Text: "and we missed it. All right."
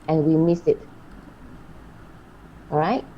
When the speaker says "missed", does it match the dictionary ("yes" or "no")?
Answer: no